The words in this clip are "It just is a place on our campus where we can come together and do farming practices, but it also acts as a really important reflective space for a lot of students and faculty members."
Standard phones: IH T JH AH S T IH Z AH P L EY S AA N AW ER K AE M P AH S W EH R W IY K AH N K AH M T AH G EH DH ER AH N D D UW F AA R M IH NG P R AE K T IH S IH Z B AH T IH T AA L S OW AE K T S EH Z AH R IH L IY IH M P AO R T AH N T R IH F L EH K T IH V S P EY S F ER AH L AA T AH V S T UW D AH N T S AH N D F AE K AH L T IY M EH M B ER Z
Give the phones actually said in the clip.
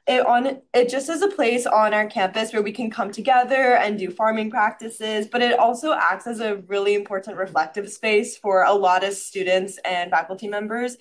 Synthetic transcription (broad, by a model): IH T JH AH S T IH Z AH P L EY S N AW ER K AE M P AH S W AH R W IY K AH N K AH M T AH G EH DH ER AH N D D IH F AA R M IH NG P R AE K T IH S IH Z B AH T IH T AA L S OW AE K T S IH Z AH R IH L IY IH M P AO R T N T R IH F L EH K T IH V S P EY S F ER AH L AA T AH V S T UW D N T S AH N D F AE K L T IY M EH M B ER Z